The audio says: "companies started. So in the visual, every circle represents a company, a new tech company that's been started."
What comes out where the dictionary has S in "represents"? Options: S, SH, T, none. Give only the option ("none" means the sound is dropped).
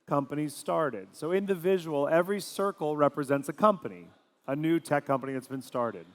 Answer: S